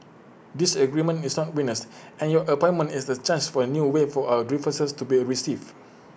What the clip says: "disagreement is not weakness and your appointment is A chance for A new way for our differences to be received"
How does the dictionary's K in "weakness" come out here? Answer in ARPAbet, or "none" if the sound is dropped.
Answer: none